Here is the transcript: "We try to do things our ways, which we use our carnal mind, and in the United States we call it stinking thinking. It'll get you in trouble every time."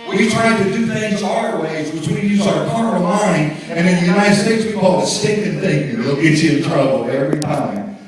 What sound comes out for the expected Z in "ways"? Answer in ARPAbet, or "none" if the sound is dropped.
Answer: Z